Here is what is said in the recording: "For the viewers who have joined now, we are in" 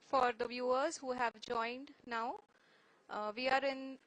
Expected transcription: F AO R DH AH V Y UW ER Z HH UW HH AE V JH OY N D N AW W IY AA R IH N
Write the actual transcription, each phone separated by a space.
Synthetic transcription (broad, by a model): F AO R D AH V Y UW ER Z HH UW HH AE V JH OY N D N AW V IY AA R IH N